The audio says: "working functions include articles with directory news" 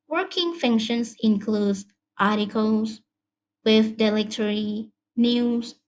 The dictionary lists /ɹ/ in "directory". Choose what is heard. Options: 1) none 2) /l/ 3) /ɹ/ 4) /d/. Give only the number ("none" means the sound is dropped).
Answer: 2